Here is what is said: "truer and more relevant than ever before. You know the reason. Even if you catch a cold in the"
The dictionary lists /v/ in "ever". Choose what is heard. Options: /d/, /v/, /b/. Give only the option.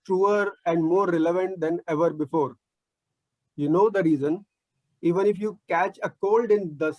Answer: /v/